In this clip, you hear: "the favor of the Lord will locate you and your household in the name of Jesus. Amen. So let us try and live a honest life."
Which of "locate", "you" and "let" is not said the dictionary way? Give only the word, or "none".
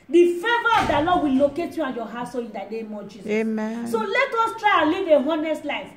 none